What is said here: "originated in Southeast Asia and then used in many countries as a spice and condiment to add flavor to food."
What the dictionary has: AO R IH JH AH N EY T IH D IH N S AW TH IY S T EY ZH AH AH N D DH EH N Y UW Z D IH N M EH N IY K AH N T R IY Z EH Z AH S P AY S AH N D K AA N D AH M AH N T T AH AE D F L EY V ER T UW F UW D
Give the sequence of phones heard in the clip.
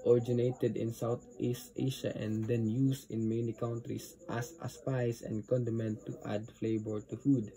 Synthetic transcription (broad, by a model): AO R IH JH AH N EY T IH D IH N S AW T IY S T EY SH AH AH N D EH N Y UW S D IH N M EH N IY K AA N T R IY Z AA S AH S P AY S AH N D K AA N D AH M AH N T T AH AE D F L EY B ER T UW F UW D